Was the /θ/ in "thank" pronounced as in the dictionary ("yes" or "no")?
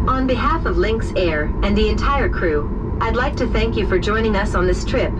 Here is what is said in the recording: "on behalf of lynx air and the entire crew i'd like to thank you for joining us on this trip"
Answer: yes